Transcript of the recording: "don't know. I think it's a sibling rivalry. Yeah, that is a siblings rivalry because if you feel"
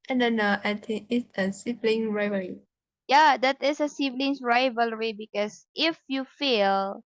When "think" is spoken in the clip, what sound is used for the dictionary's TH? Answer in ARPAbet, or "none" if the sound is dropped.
T